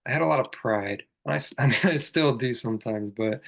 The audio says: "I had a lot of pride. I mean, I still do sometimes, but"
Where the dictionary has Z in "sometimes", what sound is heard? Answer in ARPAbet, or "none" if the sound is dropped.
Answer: Z